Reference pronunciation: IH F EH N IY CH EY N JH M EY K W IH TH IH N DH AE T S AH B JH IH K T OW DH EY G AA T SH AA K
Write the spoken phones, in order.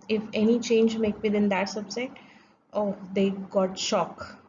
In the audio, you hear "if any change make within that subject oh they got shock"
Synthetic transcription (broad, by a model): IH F EH N IY CH EY N JH M EY K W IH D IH N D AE T S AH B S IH T OW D EY G AA T SH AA K